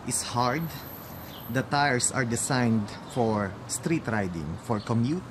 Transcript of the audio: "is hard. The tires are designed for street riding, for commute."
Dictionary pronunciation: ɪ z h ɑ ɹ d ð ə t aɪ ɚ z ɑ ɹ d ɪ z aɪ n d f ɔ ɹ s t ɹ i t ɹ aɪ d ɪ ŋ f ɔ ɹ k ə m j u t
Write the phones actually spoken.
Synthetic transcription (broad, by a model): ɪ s h ɑ ɹ d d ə t aɪ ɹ s ɑ ɹ d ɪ s aɪ n d f ɔ ɹ s t ɹ i t ɹ aɪ d ɪ ŋ f ɔ ɹ k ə m j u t